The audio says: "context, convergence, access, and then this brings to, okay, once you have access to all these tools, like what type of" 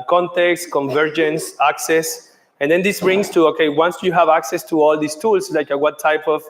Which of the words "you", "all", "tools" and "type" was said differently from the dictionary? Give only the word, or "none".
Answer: tools